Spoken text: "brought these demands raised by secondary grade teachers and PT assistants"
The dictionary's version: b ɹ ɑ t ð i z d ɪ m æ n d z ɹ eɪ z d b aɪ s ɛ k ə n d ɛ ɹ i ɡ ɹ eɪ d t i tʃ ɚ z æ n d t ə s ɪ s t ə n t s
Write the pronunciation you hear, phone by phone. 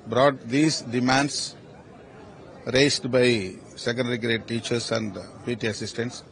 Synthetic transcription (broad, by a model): b ɹ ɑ t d i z d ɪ m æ n d s ɹ eɪ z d b aɪ s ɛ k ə n d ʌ ɹ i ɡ ɹ eɪ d t i tʃ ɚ s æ n d t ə s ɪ s t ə n t s